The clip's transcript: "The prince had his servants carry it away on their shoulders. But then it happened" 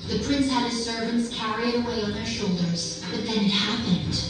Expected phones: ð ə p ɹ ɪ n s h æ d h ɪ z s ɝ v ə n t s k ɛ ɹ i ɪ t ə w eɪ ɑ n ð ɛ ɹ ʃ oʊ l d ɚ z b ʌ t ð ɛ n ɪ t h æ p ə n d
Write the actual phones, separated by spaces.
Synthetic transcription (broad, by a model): ð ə p ɹ ɪ n s h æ d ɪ s ɝ v ə n t s k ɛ ɹ i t ə w eɪ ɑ n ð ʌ ɹ ʃ oʊ l d ɚ z b ʌ t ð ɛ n ɪ t h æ p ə n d